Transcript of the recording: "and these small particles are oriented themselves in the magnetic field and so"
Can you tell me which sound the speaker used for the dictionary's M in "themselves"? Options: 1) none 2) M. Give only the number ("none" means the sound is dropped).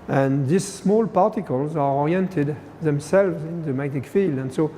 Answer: 2